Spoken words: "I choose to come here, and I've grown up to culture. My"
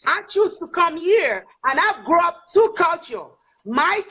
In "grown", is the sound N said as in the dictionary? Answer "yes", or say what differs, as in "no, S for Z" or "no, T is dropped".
no, N is dropped